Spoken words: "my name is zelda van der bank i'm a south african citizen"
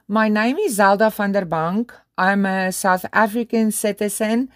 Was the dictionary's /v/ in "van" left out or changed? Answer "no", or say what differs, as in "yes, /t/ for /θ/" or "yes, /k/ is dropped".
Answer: yes, /f/ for /v/